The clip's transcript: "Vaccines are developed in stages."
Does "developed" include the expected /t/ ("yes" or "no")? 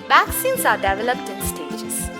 yes